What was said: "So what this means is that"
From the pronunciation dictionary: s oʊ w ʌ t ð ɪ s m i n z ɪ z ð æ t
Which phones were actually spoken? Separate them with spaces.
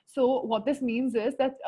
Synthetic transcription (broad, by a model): s oʊ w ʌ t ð ɪ s m i n z ɪ z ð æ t